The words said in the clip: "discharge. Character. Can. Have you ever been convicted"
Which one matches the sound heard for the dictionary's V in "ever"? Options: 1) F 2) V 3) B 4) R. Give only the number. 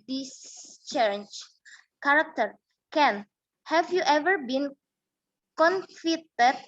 2